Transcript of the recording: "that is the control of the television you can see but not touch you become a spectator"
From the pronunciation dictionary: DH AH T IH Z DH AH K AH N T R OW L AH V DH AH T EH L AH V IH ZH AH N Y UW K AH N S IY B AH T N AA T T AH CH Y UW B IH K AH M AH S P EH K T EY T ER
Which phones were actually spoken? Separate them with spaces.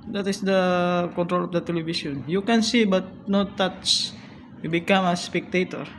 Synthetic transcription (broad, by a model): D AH T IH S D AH K AH N T R OW L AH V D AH T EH L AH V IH S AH N Y UW K AH N S IY B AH T N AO T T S Y UW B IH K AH M AH S P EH K T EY T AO